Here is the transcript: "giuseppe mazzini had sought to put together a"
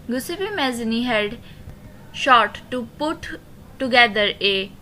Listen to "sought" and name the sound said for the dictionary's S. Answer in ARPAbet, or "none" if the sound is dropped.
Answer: SH